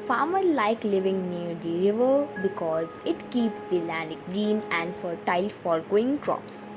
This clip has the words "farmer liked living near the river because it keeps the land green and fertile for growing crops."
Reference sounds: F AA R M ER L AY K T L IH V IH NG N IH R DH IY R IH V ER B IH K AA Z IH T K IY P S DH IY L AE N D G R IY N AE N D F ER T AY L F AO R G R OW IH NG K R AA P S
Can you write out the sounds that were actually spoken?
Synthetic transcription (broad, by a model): F AA R M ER L AY K L IH V IH NG N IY R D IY R IH V ER B IH K AA Z IH T K IY P S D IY L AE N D G R IY N AE N D F ER T AY L F AO R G OW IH NG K R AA P S